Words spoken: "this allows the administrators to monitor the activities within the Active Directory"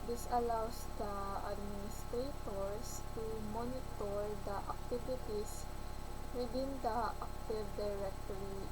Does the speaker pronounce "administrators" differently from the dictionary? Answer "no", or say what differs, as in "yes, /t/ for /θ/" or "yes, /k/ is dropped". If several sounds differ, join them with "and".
yes, /s/ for /z/